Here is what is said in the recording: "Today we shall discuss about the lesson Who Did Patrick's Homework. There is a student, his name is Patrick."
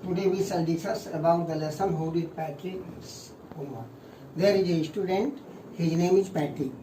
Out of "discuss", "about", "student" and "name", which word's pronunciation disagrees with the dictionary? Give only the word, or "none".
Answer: discuss